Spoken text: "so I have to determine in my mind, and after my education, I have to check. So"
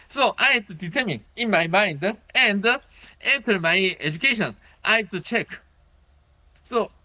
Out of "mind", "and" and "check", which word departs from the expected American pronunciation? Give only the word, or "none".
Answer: none